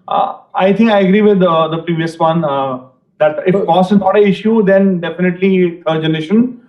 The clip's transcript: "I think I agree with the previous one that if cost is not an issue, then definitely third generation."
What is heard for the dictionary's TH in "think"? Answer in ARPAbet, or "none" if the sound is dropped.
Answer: T